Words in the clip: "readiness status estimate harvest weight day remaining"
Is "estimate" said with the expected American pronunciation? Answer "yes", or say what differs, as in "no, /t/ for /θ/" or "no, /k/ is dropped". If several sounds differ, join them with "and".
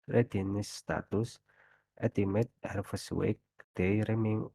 no, /s/ is dropped